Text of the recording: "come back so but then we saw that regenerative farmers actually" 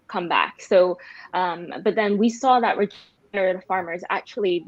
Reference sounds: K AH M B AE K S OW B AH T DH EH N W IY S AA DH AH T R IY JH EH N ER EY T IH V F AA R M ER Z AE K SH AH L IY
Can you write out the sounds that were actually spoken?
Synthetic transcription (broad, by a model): K AH M B AE K S OW B AH T DH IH N W IY S AA DH AH T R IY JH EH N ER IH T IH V F AA R M ER Z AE K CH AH L IY